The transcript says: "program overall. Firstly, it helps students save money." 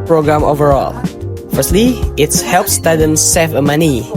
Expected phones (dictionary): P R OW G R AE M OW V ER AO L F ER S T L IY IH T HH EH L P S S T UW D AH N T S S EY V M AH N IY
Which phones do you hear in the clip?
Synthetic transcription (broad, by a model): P R OW G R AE M OW V ER AO L F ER S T L IY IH T HH EH L P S S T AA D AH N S S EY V M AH N IY